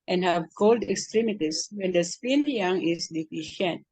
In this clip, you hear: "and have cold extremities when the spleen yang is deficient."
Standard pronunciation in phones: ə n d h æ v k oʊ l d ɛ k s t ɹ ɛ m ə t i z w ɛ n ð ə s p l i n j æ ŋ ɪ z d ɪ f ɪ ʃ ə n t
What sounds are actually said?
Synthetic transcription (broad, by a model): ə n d h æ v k oʊ l d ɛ k s t ɹ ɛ m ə t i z w ɛ n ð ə s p i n j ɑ ŋ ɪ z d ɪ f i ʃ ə n t